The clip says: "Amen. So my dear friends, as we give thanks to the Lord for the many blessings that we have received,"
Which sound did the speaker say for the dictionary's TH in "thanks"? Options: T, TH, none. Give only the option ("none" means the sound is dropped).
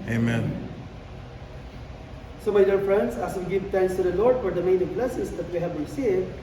T